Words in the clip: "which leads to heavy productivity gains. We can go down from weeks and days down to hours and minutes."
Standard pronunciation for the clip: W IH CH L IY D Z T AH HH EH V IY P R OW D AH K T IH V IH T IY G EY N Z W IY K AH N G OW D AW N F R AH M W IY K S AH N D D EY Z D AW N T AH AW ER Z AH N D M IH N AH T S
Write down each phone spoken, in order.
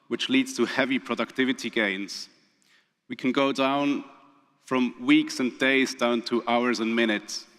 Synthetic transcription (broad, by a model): W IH CH L IY D Z T AH HH EH V IY P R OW D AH K T IH V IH T IY G EY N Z W IY K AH N G OW D AW N F R AH M W IY K S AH N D D EY Z D AW N T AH AW ER Z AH N M IH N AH T S